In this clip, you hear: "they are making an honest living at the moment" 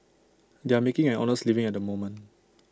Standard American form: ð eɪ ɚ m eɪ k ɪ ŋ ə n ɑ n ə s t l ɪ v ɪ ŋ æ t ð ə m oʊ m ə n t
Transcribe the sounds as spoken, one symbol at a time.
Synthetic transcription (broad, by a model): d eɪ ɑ m eɪ k ɪ ŋ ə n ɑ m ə s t l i v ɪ ŋ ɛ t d ə m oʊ m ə n